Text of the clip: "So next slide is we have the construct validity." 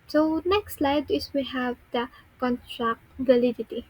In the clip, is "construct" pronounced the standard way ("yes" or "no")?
no